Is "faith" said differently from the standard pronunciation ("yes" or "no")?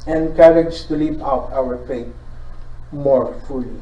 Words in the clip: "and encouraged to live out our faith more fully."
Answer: yes